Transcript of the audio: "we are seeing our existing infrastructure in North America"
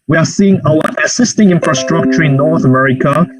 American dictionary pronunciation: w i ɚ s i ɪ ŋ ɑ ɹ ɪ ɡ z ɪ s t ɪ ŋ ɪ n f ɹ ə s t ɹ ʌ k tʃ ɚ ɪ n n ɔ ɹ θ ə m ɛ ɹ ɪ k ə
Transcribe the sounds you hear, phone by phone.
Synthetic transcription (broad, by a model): w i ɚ s i ɪ ŋ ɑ w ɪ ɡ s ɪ s t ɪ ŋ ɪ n f ɹ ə s t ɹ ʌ k tʃ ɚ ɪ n n ɔ ɹ θ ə m ɛ ɹ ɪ k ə